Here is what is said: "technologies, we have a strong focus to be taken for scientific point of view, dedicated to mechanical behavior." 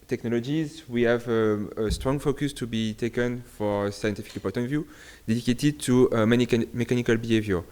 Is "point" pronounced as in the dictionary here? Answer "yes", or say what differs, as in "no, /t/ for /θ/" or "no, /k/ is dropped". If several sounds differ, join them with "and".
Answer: no, /n/ is dropped